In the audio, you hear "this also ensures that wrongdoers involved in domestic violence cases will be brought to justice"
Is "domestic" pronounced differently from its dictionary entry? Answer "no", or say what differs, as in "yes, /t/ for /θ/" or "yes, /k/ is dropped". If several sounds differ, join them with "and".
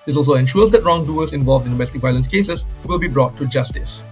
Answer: yes, /s/ is dropped